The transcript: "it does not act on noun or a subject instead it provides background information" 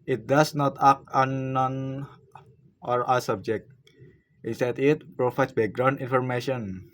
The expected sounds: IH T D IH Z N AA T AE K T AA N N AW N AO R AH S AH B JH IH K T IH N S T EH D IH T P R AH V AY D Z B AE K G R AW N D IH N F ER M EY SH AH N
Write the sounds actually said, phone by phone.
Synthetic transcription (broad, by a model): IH T D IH S N AA T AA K AA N N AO N AO R AH S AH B JH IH K T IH N S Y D IH T P R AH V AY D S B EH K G R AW N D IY N F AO M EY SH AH N